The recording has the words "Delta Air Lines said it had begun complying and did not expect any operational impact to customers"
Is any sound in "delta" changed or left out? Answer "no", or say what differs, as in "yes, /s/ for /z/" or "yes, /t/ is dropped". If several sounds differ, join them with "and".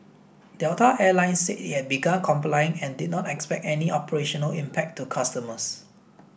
yes, /l/ is dropped